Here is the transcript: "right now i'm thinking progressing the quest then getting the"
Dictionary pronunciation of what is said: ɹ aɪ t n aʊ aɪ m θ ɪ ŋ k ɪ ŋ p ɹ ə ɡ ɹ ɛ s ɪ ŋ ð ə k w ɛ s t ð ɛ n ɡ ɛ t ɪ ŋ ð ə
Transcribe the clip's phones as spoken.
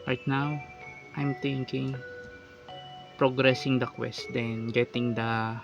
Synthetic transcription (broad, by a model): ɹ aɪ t n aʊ aɪ m t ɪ ŋ k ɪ ŋ p ɹ ə ɡ ɹ ɛ s ɪ ŋ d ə k w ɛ s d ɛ n ɡ ɛ t ɪ ŋ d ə